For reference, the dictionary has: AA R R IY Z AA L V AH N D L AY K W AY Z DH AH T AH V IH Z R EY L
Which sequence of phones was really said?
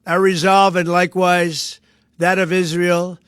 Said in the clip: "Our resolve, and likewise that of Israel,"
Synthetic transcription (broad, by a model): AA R R IY Z AA L V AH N L AY K W AY Z DH AH T AH V IH Z R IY L